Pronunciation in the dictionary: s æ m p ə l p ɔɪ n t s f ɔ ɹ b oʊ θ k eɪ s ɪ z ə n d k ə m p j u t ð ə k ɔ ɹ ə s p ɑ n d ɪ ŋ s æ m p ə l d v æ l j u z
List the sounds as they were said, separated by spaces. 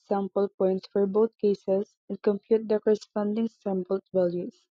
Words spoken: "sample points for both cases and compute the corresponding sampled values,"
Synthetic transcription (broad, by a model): s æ m p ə l p ɔɪ n t s f ɔ ɹ b oʊ t k eɪ s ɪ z ə n d k ə m p j u t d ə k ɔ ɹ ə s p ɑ n d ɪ ŋ s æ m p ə l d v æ l j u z